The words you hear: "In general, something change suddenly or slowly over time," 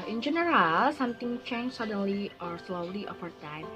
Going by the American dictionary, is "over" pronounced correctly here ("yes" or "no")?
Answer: no